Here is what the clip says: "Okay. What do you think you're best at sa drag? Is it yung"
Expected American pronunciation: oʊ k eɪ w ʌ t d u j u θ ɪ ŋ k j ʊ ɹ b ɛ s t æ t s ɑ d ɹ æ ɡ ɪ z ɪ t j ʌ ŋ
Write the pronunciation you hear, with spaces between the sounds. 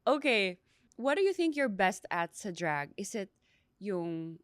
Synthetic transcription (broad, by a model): oʊ k eɪ w ʌ t d u j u θ ɪ ŋ k j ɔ ɹ b ɛ s t æ t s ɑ d ɹ æ ɡ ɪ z ɪ t j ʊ ŋ